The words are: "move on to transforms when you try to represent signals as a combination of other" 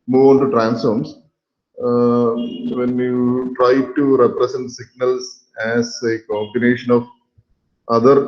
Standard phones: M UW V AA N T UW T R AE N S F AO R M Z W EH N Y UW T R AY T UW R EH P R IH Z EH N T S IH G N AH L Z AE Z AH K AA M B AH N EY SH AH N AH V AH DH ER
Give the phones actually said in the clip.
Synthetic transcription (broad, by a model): M UW V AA N T UW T R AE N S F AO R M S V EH N Y UW T R AY T UW R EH P R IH S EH N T S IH G N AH L S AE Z AH K AA M B AH N EY SH AH N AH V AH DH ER